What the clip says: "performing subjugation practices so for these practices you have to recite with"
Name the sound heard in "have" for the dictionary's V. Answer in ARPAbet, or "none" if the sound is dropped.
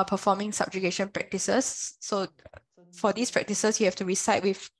F